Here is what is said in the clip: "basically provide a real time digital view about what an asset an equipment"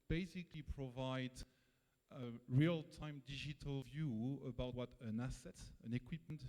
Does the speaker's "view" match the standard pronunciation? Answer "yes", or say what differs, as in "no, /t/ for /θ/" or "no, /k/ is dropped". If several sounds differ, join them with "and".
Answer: yes